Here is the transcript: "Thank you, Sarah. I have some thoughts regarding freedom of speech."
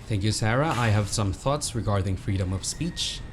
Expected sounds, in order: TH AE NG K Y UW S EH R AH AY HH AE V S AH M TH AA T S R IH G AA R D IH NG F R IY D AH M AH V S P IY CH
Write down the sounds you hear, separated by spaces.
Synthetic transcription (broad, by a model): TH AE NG K Y UW S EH R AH AY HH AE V S AH M TH AA T S R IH G AA R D IH NG F R IY D AH M AH V S P IY CH